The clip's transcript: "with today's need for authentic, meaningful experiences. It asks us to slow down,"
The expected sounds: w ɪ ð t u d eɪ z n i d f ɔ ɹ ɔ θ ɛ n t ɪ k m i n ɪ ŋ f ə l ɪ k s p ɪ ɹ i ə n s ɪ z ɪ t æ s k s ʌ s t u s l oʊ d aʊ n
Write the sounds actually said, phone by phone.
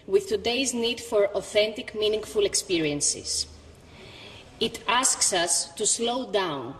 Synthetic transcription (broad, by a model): w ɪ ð t u d eɪ z n i d f ɔ ɹ ɔ θ ɛ n t ɪ k m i n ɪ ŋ f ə l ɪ k s p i ɹ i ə n s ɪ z ɪ t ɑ s k s ʌ s t u s l oʊ d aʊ n